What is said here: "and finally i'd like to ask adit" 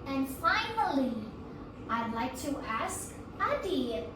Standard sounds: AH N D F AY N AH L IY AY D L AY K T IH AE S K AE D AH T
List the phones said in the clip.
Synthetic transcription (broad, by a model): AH N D F AY N AH L IY AY D L AY K T IH AE S K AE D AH